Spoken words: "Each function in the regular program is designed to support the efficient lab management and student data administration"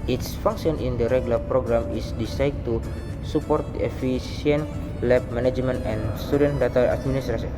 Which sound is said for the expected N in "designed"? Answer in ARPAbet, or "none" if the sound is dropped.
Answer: none